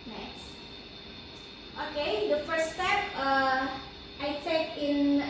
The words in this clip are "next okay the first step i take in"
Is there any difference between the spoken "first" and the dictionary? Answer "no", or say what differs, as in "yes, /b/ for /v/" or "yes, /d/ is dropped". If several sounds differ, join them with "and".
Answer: yes, /s/ is dropped